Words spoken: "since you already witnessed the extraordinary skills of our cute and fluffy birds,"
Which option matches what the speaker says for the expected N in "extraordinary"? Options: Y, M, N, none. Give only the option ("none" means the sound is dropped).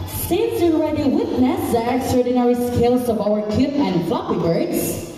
N